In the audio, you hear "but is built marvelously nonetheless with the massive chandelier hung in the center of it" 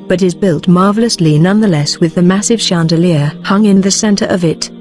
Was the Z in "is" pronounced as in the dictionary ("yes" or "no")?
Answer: yes